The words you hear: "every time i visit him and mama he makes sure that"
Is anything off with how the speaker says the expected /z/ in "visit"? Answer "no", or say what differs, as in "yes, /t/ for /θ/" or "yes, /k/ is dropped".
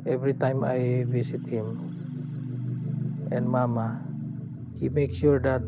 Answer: yes, /s/ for /z/